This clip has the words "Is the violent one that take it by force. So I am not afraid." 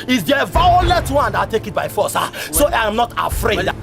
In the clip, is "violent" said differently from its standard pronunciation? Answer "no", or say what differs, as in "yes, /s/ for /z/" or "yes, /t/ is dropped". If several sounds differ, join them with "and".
yes, /n/ is dropped